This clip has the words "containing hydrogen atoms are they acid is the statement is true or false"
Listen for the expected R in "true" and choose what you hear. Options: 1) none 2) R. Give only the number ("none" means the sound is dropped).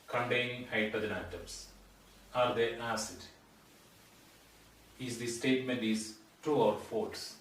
1